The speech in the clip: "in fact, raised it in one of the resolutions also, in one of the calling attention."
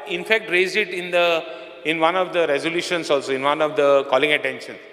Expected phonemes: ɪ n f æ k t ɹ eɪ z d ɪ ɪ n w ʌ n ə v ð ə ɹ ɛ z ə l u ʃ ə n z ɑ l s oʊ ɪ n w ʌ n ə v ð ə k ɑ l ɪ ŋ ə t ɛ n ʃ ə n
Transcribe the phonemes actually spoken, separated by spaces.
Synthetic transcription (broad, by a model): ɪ n f æ k t ɹ eɪ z d ɪ ɪ n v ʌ n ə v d ə ɹ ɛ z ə l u ʃ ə n s ɑ l s oʊ ɪ n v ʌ n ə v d ə k ɑ l ɪ ŋ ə t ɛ n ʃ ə n